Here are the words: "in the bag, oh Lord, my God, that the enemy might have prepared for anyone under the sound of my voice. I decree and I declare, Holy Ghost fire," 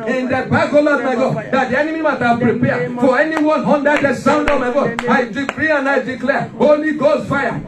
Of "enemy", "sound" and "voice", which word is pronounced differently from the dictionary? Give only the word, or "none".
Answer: voice